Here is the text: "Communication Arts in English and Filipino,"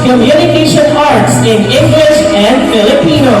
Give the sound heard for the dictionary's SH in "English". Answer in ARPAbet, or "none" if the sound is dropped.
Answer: SH